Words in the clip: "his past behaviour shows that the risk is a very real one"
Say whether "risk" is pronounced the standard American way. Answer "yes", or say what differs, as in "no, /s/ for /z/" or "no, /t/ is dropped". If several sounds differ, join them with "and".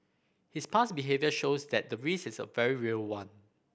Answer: no, /k/ is dropped